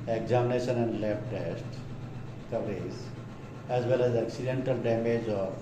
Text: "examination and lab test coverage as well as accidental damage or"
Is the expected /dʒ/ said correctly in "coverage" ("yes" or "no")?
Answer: no